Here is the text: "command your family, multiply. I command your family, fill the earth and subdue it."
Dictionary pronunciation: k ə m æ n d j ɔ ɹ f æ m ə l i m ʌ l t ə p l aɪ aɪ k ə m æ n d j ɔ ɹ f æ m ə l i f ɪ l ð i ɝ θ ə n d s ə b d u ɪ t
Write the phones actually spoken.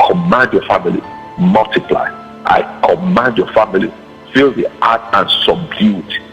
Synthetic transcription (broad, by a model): k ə m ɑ n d j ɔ f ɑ m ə l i m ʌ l t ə p l aɪ aɪ k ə m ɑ n d j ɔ f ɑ m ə l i f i l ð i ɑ t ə n s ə b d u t